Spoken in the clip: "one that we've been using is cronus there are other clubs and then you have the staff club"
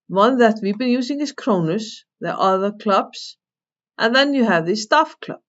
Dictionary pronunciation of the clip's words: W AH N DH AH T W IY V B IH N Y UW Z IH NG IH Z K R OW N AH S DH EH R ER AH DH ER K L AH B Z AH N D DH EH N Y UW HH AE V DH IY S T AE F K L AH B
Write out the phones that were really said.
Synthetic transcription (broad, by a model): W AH N DH AH T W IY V B IH N Y UW S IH NG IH S K R OW N AH S DH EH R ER AH DH ER K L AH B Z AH N DH EH N Y UW HH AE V DH IY S T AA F K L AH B